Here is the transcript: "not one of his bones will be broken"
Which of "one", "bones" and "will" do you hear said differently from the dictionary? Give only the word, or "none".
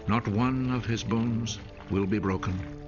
none